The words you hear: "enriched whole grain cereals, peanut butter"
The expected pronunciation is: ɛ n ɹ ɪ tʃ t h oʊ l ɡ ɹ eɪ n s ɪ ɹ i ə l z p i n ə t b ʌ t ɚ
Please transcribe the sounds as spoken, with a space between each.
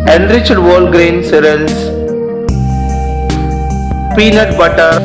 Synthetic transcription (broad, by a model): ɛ n ɹ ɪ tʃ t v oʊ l ɡ ɹ eɪ n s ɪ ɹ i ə l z p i n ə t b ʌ t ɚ